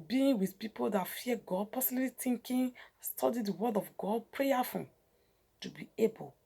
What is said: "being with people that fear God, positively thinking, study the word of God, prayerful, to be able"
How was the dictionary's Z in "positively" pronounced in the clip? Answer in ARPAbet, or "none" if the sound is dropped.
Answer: S